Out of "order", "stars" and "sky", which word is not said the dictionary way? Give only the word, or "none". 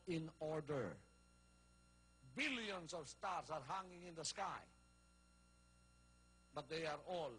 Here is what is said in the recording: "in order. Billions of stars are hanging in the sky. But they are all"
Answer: stars